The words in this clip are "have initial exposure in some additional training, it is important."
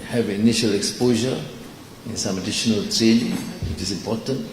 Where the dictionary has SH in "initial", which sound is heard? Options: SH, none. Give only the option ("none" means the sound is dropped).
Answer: SH